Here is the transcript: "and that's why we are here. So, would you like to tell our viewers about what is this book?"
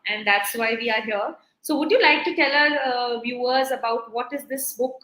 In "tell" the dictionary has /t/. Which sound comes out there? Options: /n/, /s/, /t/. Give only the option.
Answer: /t/